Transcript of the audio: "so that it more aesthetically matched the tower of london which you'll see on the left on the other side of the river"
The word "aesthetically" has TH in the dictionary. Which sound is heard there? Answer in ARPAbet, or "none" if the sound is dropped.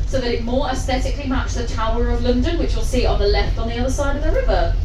TH